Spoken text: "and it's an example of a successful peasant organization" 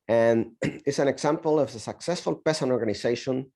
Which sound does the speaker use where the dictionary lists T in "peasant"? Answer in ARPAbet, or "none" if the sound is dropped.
none